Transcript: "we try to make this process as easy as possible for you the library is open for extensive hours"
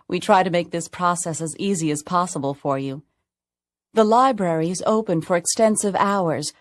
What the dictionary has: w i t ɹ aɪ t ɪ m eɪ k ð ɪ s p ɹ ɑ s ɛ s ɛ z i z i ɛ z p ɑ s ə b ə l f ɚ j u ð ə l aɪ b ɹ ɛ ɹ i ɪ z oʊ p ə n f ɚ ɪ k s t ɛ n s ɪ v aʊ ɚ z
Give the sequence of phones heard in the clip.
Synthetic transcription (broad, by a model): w i t ɹ aɪ t ɪ m eɪ k ð ɪ s p ɹ ɑ s ɛ s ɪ z i z i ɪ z p ɑ s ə b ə l f ɚ j u ð ə l aɪ b ɹ ɛ ɹ i ɪ z oʊ p ə n f ɚ ɪ k s t ɛ n s ɪ v aʊ ɚ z